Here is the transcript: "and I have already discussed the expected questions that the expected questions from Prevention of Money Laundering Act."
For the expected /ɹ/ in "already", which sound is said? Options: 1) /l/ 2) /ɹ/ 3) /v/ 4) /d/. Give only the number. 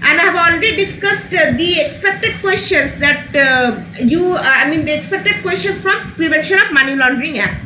1